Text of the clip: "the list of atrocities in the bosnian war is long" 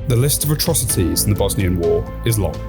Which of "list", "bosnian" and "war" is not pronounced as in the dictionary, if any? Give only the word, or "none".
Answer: none